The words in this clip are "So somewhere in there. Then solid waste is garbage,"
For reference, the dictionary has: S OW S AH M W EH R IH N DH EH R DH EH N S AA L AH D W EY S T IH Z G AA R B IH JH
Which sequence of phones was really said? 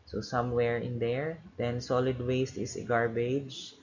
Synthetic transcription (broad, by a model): S OW S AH M W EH R IH N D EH R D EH N S AA L AH D W EY S T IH S G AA R B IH JH